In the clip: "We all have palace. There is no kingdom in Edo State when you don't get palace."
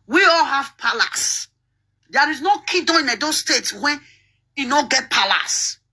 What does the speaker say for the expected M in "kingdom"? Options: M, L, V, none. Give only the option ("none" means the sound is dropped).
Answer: none